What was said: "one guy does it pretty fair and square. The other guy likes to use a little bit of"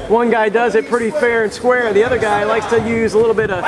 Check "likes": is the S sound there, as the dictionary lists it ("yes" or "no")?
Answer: yes